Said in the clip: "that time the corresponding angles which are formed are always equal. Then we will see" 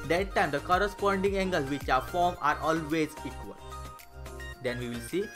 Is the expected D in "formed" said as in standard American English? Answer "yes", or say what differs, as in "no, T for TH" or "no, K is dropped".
no, D is dropped